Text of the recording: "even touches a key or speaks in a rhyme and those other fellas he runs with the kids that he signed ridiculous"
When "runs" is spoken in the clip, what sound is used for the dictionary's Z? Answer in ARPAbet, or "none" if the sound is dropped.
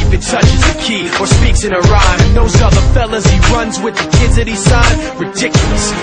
Z